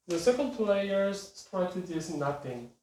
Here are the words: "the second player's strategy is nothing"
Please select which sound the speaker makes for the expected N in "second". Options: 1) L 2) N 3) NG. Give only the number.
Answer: 1